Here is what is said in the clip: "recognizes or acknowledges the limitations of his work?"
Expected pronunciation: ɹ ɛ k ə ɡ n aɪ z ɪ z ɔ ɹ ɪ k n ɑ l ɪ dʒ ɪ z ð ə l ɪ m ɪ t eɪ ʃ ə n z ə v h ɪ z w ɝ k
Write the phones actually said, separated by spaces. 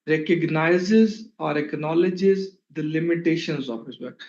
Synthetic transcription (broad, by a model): ɹ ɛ k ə ɡ n aɪ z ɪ z ɔ ɹ ɪ k n ɑ l ɪ dʒ ɪ z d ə l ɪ m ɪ t eɪ ʃ ə n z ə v h ɪ z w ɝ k